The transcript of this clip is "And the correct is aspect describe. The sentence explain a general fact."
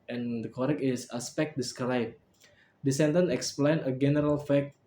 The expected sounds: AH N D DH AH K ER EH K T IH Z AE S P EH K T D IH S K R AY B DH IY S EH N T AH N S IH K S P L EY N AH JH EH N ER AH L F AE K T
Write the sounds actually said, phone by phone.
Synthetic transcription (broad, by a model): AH N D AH K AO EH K IH S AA S P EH K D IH S K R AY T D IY S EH N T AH N IH K S P L EY N AH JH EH N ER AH L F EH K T